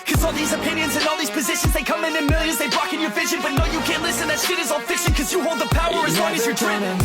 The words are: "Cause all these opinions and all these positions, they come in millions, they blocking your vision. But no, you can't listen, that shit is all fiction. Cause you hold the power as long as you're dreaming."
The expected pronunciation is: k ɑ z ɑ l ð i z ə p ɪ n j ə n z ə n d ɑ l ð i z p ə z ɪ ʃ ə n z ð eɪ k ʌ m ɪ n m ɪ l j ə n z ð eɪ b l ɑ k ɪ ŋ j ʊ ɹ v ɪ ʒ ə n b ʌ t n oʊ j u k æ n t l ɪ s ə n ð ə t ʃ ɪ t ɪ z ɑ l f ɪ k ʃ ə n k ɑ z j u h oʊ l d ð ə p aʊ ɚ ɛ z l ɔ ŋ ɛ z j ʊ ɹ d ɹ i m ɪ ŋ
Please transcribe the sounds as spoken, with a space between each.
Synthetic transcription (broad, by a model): k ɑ z ɑ l ð i z ə p ɪ n j ə n z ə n ɑ l ð i z p ə z ɪ ʃ ə n z ð eɪ k ʌ m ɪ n m ɪ l j ə n z ð eɪ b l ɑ k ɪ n j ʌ ɹ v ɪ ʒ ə n b ʌ t n oʊ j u k æ n t l ɪ s ə n ð ə t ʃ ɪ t ɪ z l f ɪ k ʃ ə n k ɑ z j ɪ h oʊ l d ð ə p aʊ ɚ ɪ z w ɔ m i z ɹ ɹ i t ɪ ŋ